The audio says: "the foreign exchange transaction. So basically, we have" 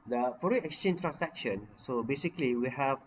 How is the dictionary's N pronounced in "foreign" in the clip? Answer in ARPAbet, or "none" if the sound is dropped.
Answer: none